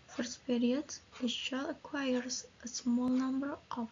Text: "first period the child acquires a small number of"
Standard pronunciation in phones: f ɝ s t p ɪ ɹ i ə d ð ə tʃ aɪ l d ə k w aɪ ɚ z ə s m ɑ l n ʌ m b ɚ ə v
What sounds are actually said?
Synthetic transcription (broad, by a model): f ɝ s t p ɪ ɹ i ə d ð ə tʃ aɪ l ə k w aɪ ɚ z ə s m ɑ l n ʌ m b ɚ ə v